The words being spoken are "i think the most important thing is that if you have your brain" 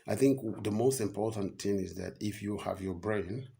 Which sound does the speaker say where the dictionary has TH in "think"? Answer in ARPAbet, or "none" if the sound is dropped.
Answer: TH